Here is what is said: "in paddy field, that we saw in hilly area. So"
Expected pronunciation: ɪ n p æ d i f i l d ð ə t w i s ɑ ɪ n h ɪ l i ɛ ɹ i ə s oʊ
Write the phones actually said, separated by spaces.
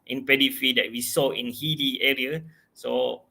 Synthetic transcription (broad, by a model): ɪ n p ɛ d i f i d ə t w i s ɑ ɪ n h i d i ɛ ɹ i ə s oʊ